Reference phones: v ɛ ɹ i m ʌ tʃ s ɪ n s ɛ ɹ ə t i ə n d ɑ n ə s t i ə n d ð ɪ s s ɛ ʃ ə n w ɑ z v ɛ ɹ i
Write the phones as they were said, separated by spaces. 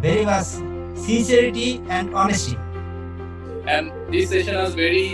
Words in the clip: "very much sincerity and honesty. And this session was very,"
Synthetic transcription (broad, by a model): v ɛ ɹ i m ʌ s s ɪ n s ɛ ɹ ə t i ə n d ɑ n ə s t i ə n d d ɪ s s ɛ ʃ ə n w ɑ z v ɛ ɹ i